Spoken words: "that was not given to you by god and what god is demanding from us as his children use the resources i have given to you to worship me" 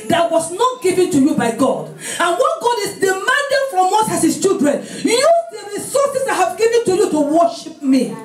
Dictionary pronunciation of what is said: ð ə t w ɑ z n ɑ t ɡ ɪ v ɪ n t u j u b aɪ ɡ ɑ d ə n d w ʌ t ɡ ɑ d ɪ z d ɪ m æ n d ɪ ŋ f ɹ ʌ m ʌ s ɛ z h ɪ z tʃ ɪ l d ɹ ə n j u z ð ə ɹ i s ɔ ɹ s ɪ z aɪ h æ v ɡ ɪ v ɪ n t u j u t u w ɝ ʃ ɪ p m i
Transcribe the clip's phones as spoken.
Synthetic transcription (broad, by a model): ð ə t w ɑ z n ɑ t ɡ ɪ v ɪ n t u j u b aɪ ɡ ɑ d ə n w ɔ t ɡ ɑ d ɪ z d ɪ m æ n d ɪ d f ɹ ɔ m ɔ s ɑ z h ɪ s tʃ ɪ l d ɹ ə n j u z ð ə ɹ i s ɔ s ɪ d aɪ h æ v ɡ ɪ v ɪ n t u j u t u w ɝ ʃ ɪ p m i